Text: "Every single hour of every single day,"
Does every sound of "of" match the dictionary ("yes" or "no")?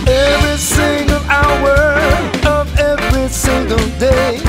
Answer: yes